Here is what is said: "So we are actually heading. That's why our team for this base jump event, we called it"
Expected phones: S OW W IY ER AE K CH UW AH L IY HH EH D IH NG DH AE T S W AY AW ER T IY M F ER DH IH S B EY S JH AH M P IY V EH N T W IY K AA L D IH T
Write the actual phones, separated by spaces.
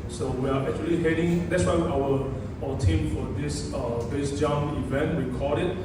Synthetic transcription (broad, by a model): S OW W IY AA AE K CH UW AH L IY HH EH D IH NG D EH T S W AY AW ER T IY M F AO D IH S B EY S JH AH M IY V EH N T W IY K AA D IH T